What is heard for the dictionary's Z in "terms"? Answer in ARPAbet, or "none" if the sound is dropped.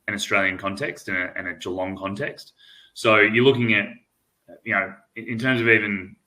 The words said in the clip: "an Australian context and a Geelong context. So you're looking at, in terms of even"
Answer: Z